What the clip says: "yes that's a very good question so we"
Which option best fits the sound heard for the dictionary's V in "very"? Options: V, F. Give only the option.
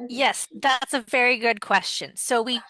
V